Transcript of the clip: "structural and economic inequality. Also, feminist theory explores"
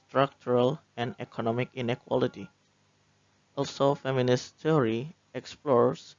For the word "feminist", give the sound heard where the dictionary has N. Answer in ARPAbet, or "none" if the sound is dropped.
N